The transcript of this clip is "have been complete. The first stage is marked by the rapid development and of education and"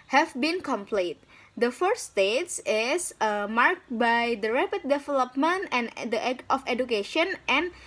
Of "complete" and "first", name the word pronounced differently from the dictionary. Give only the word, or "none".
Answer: first